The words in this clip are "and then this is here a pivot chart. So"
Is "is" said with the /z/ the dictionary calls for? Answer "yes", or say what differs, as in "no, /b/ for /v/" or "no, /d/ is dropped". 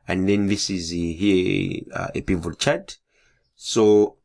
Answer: yes